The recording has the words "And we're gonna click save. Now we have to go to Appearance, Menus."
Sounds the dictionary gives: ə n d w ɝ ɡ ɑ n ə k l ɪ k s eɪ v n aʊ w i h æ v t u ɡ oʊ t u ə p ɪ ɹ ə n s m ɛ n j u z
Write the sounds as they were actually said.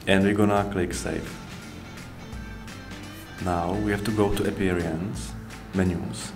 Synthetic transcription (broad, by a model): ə n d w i ɡ ɑ n ə k l ɪ k s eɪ f n aʊ w i h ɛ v t u ɡ oʊ t u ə p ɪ ɹ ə n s m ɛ n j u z